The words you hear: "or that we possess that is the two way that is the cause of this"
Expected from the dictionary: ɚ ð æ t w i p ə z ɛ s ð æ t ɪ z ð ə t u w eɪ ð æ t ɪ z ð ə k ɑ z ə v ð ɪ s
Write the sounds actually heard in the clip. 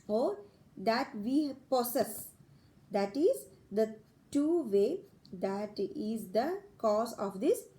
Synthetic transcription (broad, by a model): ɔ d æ t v i p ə s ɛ s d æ t ɪ z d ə t u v eɪ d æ t ɪ z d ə k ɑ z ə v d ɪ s